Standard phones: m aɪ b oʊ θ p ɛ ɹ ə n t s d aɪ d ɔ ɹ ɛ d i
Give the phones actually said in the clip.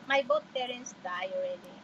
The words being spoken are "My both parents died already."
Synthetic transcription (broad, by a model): m aɪ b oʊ t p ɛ ɹ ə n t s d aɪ ɔ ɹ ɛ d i